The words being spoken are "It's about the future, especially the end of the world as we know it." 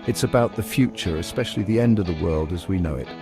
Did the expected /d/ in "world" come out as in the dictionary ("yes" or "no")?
yes